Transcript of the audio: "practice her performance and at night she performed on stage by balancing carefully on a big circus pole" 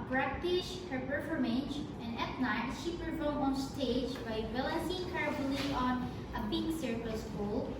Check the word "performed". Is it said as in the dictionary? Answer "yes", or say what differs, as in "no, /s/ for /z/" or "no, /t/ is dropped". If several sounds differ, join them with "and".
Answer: no, /d/ is dropped